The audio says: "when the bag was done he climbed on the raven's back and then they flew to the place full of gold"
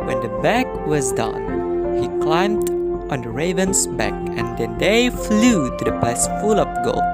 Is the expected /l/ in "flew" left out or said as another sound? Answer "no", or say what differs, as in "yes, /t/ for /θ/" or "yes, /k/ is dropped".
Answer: no